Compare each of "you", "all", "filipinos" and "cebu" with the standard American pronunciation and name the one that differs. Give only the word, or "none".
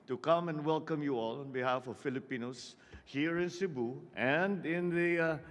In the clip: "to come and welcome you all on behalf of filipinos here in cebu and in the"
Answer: filipinos